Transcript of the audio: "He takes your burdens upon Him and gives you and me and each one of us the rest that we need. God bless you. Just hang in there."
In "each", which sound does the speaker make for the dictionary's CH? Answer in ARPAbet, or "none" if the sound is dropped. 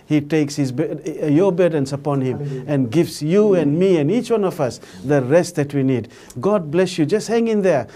CH